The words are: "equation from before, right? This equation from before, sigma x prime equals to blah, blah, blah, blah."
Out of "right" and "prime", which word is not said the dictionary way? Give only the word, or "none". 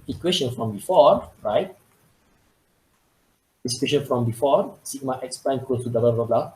prime